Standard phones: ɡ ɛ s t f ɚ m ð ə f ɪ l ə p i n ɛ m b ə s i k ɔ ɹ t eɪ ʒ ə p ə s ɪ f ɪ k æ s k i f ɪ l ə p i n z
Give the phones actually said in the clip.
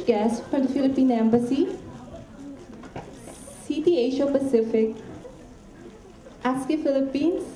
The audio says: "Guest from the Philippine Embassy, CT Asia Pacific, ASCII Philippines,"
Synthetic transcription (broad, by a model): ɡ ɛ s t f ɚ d f ɪ l ə p i n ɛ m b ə s i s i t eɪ ʃ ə p ə s ɪ f ɪ k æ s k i f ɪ l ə p i n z